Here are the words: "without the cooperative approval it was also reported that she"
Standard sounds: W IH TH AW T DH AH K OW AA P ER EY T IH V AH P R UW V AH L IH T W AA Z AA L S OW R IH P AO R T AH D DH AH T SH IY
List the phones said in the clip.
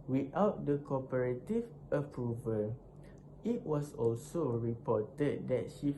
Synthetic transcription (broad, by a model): W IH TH AW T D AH K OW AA P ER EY T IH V AH P R UW V AH L IH T W AA S AA L S OW R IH P AO T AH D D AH T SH IY